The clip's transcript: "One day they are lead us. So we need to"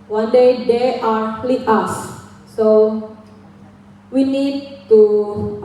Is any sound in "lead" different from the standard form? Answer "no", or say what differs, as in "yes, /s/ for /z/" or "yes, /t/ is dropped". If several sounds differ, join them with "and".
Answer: yes, /d/ is dropped